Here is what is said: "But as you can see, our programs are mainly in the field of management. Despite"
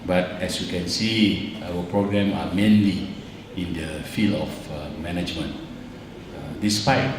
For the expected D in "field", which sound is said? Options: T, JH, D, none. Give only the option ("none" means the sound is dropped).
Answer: none